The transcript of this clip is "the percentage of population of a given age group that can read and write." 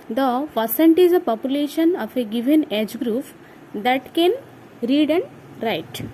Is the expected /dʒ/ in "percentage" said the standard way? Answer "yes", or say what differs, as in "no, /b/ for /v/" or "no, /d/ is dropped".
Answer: no, /z/ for /dʒ/